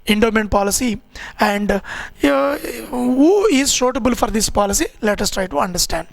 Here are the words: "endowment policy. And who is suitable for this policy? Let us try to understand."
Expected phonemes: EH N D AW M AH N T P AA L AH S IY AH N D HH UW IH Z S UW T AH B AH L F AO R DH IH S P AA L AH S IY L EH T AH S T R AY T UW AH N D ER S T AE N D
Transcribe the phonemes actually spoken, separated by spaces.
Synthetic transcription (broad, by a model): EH N D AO M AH N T P AA L AH S IY AH N D HH UW IH Z SH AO T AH B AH L F AO R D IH S P AA L AH S IY L EH T AH S T R AY T UW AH N D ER S T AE N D